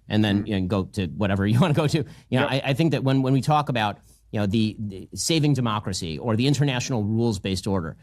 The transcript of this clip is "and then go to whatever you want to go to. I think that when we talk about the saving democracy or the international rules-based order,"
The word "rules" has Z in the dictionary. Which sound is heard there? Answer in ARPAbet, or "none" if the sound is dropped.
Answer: Z